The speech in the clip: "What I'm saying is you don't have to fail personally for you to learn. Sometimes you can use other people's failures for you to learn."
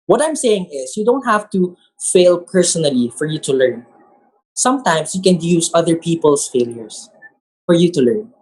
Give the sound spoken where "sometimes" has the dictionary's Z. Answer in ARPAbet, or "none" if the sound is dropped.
S